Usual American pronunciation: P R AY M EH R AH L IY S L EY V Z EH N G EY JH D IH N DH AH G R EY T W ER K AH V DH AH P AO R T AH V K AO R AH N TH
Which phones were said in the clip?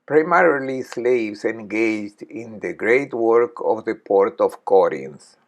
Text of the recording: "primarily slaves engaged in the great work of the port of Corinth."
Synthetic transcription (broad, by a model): P R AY M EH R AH L IY S L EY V S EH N G EY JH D IH N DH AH G R EY T W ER K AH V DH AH P AO R T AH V K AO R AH N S